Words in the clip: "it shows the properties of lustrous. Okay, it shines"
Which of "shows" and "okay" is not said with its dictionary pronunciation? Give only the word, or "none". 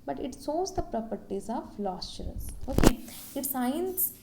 shows